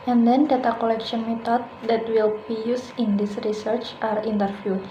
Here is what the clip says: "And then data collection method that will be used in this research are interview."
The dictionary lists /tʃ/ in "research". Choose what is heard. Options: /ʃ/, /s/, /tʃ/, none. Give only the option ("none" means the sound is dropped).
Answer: /tʃ/